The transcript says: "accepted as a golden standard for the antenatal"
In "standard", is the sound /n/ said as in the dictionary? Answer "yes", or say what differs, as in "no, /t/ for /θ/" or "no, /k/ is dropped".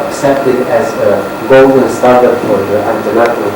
no, /n/ is dropped